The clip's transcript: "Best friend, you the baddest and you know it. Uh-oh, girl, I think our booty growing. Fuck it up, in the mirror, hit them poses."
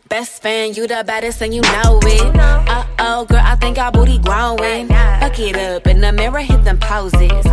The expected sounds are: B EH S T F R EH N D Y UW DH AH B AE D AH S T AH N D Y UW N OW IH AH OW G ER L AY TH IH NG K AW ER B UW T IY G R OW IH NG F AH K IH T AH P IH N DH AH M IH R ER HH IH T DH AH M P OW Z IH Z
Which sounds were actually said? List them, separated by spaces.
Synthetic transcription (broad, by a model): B EH S T F AE N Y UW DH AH B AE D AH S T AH N Y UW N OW IH AH OW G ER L AY TH IH NG K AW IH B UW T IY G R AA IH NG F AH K IH T AH P IH N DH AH M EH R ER HH IH T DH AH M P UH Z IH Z